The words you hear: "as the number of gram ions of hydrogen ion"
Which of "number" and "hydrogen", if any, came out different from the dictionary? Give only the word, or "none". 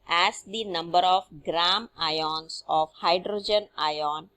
none